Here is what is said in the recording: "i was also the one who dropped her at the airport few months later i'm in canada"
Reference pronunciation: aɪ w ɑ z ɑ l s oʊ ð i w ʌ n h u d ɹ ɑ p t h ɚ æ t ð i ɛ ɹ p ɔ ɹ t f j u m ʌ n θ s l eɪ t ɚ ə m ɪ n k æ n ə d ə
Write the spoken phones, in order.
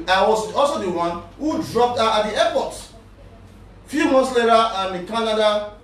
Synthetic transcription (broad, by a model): aɪ w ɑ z ɑ l s oʊ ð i w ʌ n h u d ɹ ɑ p t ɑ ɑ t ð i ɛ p ɔ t f j u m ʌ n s l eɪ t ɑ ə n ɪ k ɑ n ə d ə